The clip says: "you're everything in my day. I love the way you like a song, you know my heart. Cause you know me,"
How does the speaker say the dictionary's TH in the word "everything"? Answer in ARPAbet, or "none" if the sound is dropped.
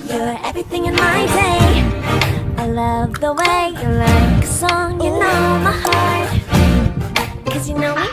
TH